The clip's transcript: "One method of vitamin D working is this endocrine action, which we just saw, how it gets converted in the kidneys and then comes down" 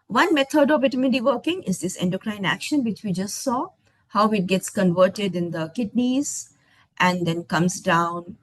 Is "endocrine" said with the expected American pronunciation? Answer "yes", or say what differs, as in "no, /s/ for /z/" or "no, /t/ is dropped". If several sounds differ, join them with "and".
yes